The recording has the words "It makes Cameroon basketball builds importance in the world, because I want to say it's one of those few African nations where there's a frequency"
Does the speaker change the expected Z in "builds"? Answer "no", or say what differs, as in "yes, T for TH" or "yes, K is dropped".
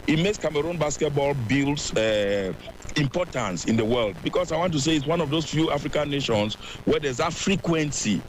yes, S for Z